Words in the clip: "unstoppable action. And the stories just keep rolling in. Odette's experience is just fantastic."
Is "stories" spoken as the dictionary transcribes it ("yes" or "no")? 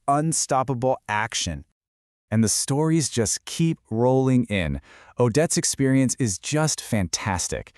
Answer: yes